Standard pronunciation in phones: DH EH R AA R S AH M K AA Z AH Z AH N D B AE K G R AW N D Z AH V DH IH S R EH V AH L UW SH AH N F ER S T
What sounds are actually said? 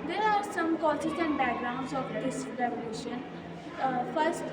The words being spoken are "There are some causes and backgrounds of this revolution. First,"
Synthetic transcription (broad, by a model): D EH R AA R S AH M K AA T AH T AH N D B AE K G R AW N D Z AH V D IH S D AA AH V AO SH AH N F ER S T